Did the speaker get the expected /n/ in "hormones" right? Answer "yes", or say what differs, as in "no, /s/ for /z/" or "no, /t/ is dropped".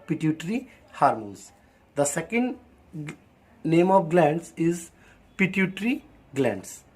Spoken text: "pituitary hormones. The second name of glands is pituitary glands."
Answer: no, /n/ is dropped